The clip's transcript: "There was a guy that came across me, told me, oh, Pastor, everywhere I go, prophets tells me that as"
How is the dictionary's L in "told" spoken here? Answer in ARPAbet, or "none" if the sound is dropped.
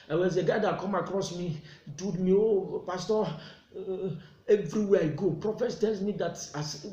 none